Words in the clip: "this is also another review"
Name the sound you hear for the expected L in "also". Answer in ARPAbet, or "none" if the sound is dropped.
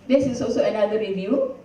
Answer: none